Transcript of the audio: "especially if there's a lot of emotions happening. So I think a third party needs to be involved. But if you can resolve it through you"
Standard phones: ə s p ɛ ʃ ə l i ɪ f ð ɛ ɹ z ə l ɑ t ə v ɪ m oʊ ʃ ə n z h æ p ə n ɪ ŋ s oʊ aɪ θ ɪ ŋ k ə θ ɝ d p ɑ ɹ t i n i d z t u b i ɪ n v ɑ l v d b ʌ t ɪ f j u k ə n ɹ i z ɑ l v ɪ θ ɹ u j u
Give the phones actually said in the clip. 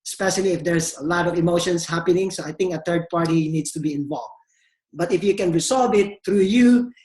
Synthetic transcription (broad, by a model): s p ɛ ʃ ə l i ɪ f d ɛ ɹ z ə l ɑ t ə v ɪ m oʊ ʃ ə n s h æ p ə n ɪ ŋ s oʊ aɪ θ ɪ ŋ k ə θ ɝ d p ɑ ɹ t i n i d s t u b i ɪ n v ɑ l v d b ʌ t ɪ f j u k ə n ɹ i s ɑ l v ɪ t ɹ u j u